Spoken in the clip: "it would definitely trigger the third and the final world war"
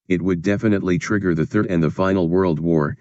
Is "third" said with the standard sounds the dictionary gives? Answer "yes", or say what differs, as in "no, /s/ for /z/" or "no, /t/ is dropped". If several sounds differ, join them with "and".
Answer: yes